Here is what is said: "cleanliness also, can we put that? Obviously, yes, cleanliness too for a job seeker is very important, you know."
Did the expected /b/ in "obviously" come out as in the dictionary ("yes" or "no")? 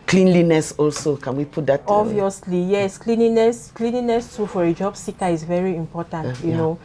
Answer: no